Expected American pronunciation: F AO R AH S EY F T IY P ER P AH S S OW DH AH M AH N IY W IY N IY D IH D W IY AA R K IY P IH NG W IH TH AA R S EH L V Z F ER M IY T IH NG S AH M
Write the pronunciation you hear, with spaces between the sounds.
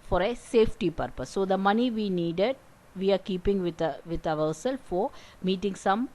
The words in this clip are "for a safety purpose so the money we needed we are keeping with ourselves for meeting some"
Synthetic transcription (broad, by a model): F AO R AH S EY F T IY P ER P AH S S OW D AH M AH N IY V IY N IY D IH D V IY AA R K IY P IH NG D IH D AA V S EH L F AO M IY T IH NG S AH M